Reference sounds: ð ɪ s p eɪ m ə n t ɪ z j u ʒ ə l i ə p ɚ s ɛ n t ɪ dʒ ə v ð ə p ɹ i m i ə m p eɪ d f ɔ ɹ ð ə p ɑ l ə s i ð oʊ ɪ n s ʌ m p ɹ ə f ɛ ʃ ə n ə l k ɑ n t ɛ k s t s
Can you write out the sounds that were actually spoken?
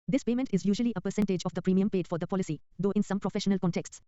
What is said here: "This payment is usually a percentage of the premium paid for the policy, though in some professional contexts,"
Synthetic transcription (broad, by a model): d ɪ s p eɪ m ə n t ɪ z j u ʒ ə l i ə p ɚ s ɛ n t ɪ dʒ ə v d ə p ɹ i m i ə m p eɪ d f ɔ ɹ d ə p ɑ l ə s i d oʊ ɪ n s ʌ m p ɹ ə f ɛ ʃ ə n ə l k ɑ n t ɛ k s t s